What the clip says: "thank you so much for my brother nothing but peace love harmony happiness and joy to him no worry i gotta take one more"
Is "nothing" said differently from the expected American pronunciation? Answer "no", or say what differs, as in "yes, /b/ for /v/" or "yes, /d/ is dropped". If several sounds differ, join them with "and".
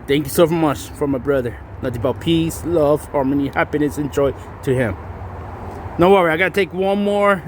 yes, /t/ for /θ/